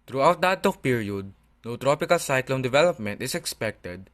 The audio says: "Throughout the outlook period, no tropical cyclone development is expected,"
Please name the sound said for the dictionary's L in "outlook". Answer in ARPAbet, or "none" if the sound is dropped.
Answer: none